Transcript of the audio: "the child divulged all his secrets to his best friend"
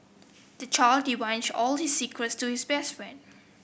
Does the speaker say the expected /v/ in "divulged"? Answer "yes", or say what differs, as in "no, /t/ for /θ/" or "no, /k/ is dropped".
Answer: no, /v/ is dropped